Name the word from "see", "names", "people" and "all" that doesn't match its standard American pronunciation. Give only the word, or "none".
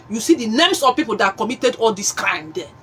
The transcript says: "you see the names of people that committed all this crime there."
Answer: names